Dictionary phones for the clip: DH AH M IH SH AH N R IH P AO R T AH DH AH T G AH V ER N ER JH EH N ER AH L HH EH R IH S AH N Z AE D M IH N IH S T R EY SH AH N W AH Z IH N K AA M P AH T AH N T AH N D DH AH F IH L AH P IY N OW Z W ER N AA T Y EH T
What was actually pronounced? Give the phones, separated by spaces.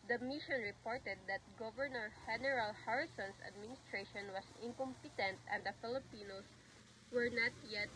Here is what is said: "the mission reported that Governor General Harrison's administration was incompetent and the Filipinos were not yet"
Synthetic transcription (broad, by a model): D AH M IH SH AH N R IH P AO R T AH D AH T G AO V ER N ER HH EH N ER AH L HH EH R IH S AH N S AE D M IH N IH S T R EY SH AH N W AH S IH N K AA M P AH T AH N T AH N D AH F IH L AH P IY N OW S W ER N AA T Y EH T